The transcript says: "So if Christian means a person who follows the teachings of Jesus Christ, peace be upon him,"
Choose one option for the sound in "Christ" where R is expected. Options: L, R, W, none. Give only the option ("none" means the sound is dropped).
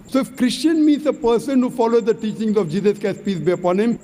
none